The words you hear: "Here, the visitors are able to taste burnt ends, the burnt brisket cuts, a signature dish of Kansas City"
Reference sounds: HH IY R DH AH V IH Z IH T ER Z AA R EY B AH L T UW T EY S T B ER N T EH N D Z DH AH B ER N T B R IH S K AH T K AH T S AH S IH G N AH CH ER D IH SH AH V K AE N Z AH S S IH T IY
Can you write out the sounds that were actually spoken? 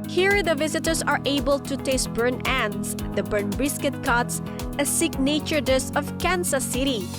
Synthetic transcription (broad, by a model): HH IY R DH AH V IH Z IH T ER S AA R EY B AH L T UW T EY S T B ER N EH N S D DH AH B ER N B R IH S K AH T K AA T S AH S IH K N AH CH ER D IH S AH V K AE N S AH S S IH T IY